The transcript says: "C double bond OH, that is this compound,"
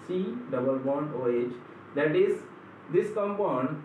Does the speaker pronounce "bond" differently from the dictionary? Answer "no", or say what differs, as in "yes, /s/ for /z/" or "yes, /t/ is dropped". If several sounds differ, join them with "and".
yes, /d/ is dropped